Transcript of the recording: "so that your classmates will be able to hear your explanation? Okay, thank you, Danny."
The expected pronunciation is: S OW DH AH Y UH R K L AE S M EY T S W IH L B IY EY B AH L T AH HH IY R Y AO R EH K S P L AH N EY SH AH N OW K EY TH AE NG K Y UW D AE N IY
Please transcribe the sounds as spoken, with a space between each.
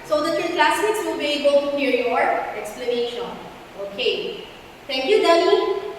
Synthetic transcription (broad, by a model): S OW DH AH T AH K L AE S IH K S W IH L B IY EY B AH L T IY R Y AO R EH K S P L AH N EY SH AH N OW K EY T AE NG K Y UW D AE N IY